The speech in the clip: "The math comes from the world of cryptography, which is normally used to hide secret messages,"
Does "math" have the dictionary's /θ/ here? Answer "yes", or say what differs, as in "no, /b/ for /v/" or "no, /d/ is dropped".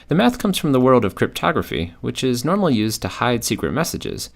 yes